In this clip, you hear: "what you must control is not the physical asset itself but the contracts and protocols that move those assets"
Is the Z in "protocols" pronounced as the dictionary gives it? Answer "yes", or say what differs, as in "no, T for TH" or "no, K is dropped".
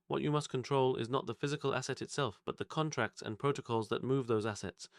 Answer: yes